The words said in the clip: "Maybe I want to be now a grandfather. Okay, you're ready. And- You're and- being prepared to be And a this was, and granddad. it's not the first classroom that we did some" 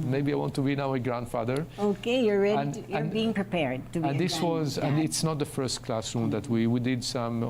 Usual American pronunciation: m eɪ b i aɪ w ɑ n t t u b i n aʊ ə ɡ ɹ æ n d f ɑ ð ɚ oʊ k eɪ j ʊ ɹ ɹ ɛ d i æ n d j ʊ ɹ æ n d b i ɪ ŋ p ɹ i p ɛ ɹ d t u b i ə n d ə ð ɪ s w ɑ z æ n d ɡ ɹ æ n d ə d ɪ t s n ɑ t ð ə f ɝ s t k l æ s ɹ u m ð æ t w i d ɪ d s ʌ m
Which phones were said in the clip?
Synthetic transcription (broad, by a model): m eɪ b i aɪ w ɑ n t t u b i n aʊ ə ɡ ɹ æ n d f ɑ ð ɚ oʊ k eɪ j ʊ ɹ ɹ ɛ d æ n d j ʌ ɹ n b i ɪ ŋ p ɹ i p ɛ ɹ d t u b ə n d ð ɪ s w ɑ z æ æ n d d ɪ t s n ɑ t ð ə f ɝ s t k l æ s ɹ u m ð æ t w i d ɪ d s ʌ m